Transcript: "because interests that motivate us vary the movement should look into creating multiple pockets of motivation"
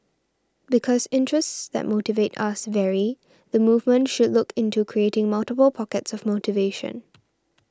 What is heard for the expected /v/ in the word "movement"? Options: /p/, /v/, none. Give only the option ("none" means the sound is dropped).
/v/